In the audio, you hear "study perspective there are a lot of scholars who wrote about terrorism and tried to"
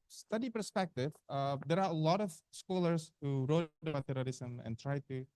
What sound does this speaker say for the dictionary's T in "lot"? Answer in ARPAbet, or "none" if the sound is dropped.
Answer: T